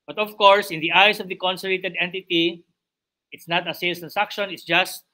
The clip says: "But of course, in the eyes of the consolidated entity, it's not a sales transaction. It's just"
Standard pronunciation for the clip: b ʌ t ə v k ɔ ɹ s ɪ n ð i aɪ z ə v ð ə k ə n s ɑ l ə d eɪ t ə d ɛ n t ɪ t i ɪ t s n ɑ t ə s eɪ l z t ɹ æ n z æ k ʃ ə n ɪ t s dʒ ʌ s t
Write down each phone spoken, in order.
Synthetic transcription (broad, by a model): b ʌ t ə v k ɔ ɹ s ɪ n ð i aɪ s ə v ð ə k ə n s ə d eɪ t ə d ɛ n t ɪ t i ɪ t s n ɑ t ə s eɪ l t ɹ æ n s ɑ k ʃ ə n ɪ t s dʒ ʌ s t